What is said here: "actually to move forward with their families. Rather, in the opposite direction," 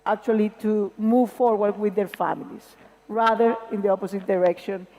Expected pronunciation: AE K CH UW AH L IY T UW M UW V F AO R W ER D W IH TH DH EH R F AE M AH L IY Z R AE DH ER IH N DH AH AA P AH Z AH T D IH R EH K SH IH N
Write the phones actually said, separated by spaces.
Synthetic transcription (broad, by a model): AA K CH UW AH L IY T UW M UW V F AO R W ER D W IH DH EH R F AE M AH L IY S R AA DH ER IH N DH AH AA P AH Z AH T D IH R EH K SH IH N